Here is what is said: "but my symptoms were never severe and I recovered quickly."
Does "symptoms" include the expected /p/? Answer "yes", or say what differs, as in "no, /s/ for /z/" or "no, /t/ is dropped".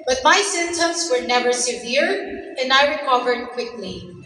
no, /p/ is dropped